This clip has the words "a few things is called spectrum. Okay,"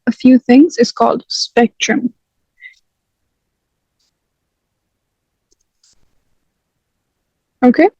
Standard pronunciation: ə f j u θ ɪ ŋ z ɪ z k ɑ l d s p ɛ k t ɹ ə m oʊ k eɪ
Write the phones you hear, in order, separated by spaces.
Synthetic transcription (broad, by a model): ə f j u θ ɪ ŋ z ɪ z k ɑ l d s p ɛ k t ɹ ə m oʊ k eɪ